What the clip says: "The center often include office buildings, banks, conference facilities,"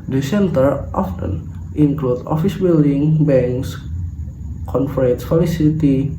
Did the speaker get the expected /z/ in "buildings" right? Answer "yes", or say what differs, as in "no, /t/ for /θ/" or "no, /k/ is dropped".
no, /z/ is dropped